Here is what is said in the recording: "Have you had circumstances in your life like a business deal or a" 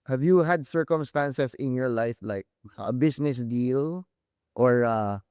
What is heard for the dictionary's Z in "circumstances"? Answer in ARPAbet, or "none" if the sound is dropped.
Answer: S